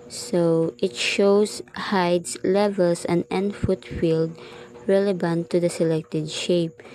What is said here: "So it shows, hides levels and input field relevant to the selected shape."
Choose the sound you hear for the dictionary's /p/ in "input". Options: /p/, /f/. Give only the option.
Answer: /f/